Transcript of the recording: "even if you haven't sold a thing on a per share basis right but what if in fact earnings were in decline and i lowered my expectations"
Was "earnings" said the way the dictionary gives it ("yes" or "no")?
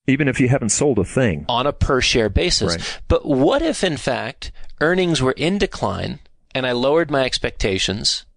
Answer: yes